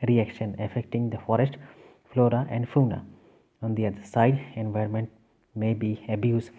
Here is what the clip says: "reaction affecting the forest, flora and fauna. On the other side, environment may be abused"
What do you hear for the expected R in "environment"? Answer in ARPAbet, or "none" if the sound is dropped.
R